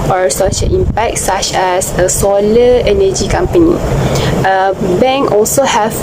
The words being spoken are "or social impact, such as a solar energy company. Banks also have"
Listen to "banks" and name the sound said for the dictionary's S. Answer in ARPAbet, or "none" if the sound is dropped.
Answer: none